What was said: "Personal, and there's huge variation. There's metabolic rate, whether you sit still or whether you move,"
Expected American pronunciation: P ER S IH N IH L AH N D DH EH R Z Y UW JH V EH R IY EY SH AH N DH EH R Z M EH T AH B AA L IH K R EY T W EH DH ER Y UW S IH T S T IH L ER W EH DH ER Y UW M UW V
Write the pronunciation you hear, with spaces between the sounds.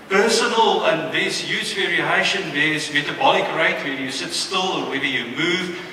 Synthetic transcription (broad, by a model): P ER S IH N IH L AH N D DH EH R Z Y UW Z V EH R IY EY SH AH N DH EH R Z M EH T AH B AA L IH K R EY T W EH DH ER Y UW S IH T S T IH L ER W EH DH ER Y UW M UW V